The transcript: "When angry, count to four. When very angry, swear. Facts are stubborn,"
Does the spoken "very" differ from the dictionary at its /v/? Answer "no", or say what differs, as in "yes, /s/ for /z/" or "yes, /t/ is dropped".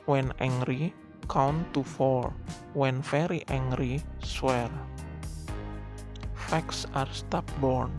yes, /f/ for /v/